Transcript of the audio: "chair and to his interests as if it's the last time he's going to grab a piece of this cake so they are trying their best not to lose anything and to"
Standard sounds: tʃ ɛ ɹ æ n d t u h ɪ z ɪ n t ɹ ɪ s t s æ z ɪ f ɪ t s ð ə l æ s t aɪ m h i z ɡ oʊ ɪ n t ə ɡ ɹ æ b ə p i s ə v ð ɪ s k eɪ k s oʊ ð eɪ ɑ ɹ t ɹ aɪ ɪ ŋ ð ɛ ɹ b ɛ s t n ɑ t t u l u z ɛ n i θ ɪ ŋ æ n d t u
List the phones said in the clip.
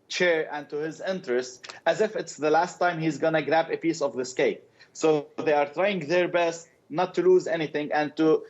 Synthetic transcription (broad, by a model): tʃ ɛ ɹ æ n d t u h ɪ z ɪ n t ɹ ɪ s t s æ z ɪ f ɪ t s ð ə l æ s t aɪ m h i z ɡ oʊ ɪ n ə ɡ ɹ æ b ə p i s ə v ð ɪ s k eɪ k s oʊ ð eɪ ɑ ɹ t ɹ aɪ ɪ ŋ ð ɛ ɹ b ɛ s t n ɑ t t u l u z ɛ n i θ ɪ ŋ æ n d t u